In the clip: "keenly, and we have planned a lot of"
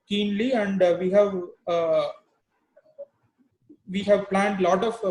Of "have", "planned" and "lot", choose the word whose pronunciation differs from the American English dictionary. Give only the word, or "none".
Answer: none